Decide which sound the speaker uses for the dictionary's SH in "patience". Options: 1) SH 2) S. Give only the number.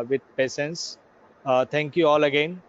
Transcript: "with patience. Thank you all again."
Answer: 2